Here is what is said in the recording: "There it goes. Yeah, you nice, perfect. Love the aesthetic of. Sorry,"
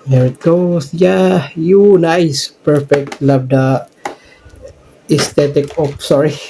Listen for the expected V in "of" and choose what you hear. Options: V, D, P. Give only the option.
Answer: P